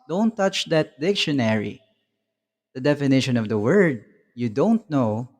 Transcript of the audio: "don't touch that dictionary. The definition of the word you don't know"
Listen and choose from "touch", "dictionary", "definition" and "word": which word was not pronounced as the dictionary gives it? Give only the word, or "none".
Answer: none